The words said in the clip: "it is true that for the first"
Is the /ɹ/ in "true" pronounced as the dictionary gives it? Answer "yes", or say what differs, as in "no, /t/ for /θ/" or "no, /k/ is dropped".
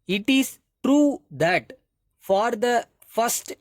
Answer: yes